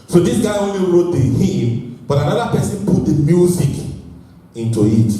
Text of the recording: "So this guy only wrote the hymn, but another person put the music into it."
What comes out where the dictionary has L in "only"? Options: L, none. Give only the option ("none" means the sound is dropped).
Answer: none